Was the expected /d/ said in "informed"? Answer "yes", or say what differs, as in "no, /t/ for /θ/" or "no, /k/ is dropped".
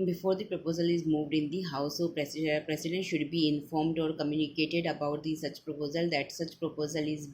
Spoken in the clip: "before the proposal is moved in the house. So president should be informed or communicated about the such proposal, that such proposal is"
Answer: yes